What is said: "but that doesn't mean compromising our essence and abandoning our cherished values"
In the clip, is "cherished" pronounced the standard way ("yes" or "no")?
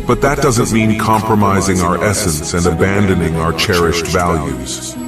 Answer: yes